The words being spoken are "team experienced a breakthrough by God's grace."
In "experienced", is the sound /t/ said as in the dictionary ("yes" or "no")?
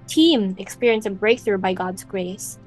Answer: no